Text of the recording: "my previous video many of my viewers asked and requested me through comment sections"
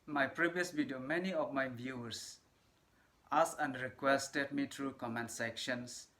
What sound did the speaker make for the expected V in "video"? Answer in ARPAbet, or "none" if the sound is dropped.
B